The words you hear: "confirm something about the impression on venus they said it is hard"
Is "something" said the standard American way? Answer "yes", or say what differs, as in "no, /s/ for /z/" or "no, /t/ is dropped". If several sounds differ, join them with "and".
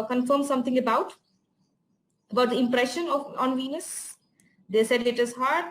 no, /t/ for /θ/